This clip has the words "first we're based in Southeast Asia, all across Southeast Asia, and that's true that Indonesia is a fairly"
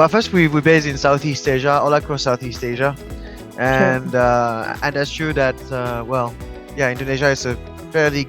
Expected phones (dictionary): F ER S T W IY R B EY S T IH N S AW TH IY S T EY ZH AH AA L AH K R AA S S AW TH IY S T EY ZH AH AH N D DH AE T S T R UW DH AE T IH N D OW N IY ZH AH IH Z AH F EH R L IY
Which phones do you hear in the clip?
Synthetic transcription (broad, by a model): F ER S T W IY W B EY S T IH N S AW TH IY S T EY ZH AH AA L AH K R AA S S AW TH IY S T EY ZH AH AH N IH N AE T S T R UW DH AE T IH N D OW N IY ZH AH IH S AH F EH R L IY